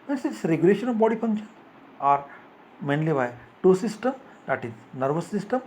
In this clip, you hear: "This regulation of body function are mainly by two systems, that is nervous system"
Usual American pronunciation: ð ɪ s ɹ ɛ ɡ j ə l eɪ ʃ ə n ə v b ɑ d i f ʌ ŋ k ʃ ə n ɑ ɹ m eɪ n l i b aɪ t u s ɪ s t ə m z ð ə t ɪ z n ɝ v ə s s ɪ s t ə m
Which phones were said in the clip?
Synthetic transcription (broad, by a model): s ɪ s ɹ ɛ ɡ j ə l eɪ ʃ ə n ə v b ɑ d i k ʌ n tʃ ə ɑ ɹ m eɪ n l i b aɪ t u s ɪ s t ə m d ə t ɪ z n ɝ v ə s s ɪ s t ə m